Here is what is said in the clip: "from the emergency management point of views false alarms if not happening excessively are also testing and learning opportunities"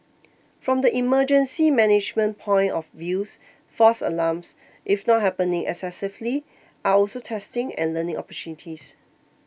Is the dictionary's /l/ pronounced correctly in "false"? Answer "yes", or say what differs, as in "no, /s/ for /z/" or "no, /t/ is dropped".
no, /l/ is dropped